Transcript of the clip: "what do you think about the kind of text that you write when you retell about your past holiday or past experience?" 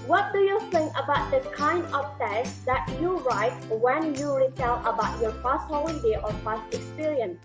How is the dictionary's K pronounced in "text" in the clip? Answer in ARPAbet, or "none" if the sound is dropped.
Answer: none